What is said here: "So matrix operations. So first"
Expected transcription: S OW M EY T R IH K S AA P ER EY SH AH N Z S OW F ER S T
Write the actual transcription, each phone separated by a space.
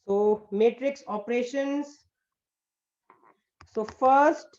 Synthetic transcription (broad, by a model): S OW M EY T R IH K S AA P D EY SH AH N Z S OW F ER S T